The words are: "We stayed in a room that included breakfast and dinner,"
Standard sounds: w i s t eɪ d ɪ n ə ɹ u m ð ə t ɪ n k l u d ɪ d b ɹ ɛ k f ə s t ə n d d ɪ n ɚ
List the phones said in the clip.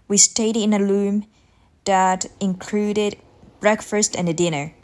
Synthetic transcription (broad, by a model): w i s t eɪ d ɪ n ə l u m ð ə t ɪ n k l u d ɪ d b ɹ ɛ k f ə s t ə n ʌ d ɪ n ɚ